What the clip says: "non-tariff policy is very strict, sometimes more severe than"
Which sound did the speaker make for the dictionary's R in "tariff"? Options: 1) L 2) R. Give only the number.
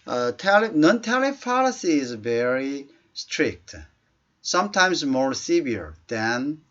1